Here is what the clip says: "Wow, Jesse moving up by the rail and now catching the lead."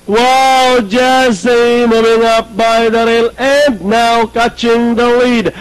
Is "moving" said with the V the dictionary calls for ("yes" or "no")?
yes